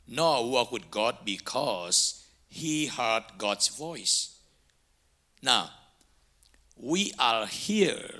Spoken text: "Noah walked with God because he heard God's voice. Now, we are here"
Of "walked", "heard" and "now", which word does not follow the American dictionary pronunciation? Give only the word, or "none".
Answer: walked